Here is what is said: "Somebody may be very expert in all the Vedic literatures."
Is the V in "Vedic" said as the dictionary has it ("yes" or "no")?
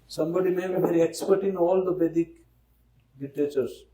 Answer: no